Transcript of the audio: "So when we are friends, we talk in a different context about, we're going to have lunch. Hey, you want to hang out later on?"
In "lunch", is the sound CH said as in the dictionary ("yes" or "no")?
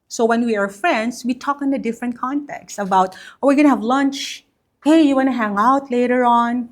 yes